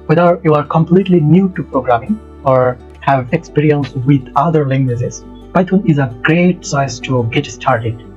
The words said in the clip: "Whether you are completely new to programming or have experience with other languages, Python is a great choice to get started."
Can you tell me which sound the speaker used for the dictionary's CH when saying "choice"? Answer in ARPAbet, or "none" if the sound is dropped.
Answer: S